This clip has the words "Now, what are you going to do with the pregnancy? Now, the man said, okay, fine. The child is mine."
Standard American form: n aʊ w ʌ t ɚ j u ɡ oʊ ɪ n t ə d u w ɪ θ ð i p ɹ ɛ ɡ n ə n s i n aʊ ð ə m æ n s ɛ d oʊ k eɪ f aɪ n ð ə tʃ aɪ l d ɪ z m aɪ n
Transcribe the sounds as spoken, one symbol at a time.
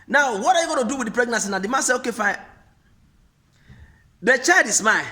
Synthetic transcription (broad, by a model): n aʊ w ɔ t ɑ j u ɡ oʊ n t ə d u w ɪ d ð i p ɹ ɛ ɡ n ə n s i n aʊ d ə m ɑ s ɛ oʊ k eɪ f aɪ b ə tʃ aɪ d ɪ s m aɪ